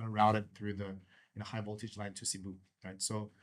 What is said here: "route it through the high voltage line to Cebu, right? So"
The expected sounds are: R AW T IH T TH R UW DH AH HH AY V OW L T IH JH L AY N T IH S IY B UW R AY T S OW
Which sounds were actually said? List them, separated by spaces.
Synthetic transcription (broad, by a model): R AW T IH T TH R UW DH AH HH AY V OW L T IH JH L AY N T IH S IY B UW R AY T S OW